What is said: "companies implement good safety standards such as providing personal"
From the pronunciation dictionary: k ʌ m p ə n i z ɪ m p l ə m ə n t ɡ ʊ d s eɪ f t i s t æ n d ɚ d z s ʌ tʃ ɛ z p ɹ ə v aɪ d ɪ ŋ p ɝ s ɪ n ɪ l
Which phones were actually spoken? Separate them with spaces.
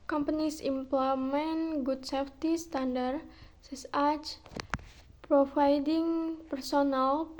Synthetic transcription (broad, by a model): k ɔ m p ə n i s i m p l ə m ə n ɡ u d s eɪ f t i s t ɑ n d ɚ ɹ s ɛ s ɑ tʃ p ɹ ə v aɪ d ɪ ŋ p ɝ s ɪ n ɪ l